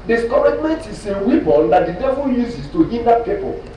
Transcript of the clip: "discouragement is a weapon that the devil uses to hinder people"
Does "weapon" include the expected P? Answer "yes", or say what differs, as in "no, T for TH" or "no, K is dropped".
no, B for P